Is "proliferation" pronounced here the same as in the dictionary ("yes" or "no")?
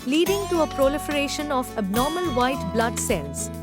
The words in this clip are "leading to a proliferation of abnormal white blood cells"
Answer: yes